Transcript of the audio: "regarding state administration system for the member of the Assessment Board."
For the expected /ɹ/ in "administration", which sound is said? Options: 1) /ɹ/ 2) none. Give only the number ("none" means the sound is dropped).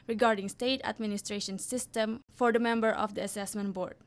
1